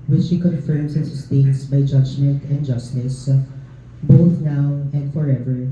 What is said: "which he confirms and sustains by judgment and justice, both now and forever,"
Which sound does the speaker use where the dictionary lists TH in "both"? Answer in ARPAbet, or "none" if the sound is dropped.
TH